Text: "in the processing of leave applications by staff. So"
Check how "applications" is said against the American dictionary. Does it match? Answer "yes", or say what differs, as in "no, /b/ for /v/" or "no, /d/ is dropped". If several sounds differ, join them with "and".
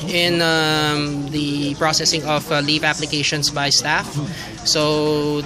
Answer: no, /s/ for /z/